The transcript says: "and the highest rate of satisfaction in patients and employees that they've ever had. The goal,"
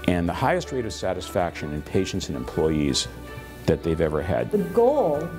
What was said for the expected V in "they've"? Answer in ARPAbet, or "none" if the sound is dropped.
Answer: V